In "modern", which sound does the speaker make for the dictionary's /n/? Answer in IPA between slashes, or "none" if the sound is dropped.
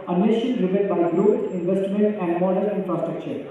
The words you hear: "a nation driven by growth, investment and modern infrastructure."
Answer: none